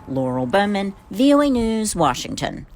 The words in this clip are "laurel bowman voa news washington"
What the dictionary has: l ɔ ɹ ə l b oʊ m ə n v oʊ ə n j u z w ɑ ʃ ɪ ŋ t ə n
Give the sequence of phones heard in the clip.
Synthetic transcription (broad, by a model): l ɔ ɹ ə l b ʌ m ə n v oʊ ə n j u z w ɑ ʃ ɪ ŋ t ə n